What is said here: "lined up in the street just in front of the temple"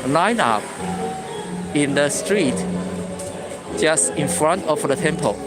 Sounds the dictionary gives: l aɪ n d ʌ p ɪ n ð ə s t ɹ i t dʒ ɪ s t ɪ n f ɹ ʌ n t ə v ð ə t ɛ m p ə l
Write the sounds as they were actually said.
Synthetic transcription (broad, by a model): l aɪ n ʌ p ɪ n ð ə s t ɹ i t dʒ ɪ s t ɪ n f ɹ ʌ n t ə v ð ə t ɛ m p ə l